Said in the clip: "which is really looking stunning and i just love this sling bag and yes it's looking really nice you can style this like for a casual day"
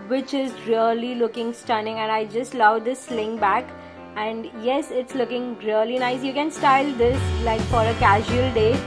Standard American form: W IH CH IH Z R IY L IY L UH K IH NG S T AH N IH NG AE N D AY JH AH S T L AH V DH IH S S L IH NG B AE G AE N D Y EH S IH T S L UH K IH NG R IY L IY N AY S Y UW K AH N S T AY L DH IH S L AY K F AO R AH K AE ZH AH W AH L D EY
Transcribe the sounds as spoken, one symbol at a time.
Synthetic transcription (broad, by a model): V IH CH IH Z R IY L IY L UH K IH NG S T AH N IH NG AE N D AY JH AH S T L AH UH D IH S S L IH NG B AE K AE N D Y EH S IH T S L UH K IH NG R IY L IY N AY S Y UW K AH N S T AY L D IH S L AY K F AO R AH K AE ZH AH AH L D EY